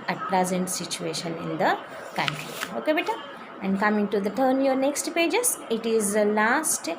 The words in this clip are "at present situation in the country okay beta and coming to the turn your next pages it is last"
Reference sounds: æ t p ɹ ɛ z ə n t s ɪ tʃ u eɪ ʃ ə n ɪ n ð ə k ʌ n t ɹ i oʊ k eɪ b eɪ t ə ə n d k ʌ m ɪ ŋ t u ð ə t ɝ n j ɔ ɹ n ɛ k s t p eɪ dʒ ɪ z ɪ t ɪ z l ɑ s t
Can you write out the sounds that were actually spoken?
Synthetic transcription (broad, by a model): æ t p l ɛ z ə n t s ɪ tʃ u eɪ ʃ ə n ɪ n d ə k ʌ n t ɹ i oʊ k eɪ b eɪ t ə ə n d k ʌ m ɪ ŋ t u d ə t ɝ n j ɔ ɹ n ɛ k s t p eɪ dʒ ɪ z ɪ t ɪ z l ɑ s t